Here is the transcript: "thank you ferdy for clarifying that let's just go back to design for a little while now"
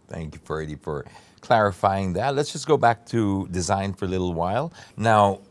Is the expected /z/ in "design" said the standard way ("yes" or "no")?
yes